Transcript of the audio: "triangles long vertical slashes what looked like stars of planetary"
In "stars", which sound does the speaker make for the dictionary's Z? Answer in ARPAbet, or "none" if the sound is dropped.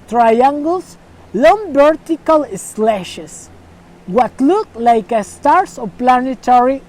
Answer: S